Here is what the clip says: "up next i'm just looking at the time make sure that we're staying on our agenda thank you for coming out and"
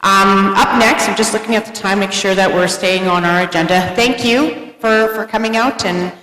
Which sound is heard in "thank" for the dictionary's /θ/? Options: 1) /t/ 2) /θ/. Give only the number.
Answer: 2